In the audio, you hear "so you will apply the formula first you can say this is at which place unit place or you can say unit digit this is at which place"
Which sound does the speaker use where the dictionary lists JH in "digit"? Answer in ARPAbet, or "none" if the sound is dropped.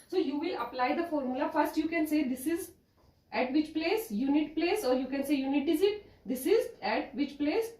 Z